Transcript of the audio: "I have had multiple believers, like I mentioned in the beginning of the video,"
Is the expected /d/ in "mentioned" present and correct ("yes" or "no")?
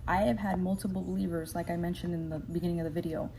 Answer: yes